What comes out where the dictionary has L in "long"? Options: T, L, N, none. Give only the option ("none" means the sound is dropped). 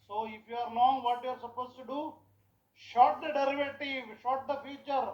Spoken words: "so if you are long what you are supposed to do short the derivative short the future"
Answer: N